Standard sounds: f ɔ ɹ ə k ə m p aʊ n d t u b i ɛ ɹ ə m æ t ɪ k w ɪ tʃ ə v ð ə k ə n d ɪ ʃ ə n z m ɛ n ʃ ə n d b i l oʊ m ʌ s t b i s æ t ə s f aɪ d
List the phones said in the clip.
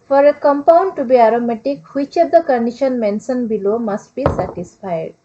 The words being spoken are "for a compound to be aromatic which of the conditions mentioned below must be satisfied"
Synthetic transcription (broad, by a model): f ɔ ɹ ə k ə m p aʊ n d t u b i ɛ ɹ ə m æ t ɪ k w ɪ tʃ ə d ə k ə n d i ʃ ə n m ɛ n s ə n b i l oʊ m ʌ s t b i s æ t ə s f aɪ d